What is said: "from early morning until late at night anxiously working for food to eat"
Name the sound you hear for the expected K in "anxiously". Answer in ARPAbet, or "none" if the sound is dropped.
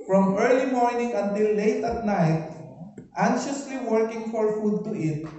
none